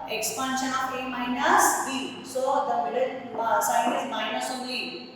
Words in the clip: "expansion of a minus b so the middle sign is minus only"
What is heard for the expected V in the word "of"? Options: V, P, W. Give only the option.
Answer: P